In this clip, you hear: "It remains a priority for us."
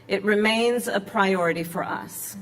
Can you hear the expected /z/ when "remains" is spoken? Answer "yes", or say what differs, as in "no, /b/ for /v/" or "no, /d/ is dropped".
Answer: yes